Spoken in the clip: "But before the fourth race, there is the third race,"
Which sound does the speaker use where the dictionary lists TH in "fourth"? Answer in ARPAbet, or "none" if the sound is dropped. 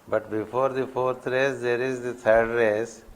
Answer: T